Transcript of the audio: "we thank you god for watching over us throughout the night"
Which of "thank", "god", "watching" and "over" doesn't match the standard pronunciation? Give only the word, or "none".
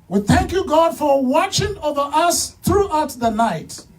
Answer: none